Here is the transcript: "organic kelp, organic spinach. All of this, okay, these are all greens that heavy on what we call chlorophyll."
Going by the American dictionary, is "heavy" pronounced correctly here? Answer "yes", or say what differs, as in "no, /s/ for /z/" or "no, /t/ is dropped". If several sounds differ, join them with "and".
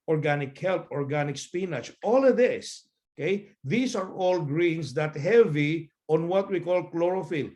yes